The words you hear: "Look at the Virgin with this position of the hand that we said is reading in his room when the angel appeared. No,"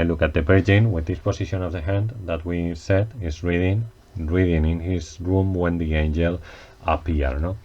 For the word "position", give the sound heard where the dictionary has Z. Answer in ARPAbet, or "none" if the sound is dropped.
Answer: S